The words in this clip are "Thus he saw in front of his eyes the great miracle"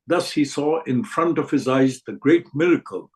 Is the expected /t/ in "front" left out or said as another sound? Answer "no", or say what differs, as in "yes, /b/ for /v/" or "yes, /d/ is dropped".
no